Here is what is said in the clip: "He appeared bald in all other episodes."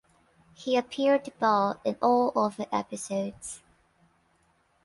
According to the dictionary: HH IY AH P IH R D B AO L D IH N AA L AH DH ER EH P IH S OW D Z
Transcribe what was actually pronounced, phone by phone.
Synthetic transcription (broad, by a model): HH IY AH P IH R D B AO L IH N AA L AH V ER EH P IH S OW D Z